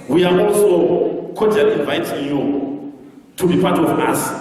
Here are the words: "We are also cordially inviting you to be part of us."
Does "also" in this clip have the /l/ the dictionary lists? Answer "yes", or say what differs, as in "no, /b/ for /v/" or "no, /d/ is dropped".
yes